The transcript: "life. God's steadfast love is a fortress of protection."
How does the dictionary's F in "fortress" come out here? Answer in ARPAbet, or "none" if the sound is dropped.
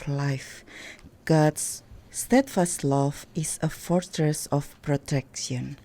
F